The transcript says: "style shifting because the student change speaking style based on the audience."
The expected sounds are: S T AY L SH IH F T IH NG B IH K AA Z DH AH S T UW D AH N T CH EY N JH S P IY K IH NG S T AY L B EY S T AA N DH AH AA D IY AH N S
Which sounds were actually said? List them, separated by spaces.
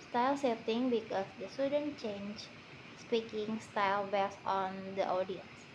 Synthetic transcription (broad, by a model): S T AY L S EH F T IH NG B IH K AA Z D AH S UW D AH N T CH EY N JH S P IY K IH NG S T AY L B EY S AA N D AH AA D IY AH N S